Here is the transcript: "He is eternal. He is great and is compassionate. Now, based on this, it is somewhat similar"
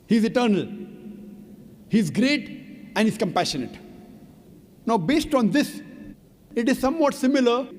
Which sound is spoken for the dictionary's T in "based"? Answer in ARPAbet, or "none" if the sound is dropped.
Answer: T